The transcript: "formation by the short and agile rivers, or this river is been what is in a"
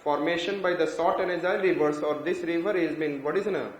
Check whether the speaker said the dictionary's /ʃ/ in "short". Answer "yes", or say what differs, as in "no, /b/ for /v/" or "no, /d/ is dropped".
no, /s/ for /ʃ/